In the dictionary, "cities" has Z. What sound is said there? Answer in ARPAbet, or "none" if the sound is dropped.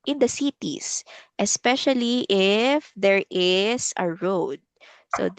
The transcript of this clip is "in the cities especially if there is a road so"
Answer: S